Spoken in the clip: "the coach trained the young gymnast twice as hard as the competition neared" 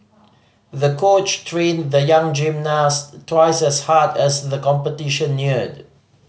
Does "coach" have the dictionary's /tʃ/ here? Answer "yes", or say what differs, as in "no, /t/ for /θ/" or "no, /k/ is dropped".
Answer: yes